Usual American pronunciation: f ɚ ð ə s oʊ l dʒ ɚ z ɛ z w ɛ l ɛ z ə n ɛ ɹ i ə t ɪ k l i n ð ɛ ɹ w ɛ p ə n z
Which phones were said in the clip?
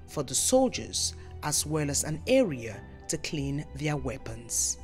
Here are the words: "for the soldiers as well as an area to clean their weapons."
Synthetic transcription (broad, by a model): f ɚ ð ə s oʊ l dʒ ɚ z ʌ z w ɛ l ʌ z ə n ɛ ɹ i ə t ɪ k l i n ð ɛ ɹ w ɛ p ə n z